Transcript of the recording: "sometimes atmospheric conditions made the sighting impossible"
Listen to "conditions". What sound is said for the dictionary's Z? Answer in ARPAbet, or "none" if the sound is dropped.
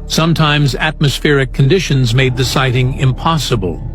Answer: Z